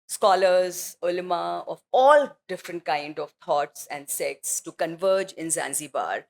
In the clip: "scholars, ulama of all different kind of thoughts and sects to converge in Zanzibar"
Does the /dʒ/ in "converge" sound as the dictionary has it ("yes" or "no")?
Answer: yes